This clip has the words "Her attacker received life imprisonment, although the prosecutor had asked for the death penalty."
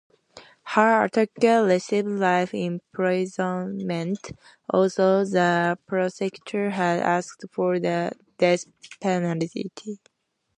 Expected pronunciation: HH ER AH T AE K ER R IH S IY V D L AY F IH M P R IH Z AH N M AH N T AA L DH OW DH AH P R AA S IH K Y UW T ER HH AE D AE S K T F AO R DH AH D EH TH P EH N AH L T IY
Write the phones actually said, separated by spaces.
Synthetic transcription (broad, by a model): HH ER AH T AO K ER L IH S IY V L AY F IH M P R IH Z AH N M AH N T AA L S OW DH AH P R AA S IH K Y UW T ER HH AE D AE S K T F AO R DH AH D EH S P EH N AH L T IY